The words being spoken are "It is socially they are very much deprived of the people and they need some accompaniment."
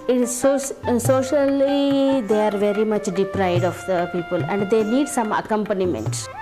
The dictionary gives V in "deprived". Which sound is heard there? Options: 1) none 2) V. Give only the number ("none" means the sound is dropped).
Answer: 1